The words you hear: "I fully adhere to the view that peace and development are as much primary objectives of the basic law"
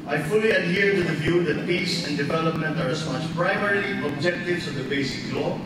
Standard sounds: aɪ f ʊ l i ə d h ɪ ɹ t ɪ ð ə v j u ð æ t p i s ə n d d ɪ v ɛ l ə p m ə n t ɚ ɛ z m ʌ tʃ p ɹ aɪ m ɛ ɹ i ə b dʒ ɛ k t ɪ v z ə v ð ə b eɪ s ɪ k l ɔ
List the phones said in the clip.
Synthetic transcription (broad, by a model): aɪ f ʊ l i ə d h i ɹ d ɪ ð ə v j u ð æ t p i s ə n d d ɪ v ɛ l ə p m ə n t ɚ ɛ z m ʌ tʃ p ɹ aɪ m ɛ ɹ i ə b dʒ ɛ k t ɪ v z ə v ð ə b eɪ s ɪ k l ɔ